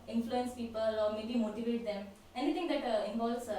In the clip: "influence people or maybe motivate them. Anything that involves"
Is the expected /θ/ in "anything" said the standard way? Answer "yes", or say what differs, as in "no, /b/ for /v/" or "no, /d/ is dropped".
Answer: no, /t/ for /θ/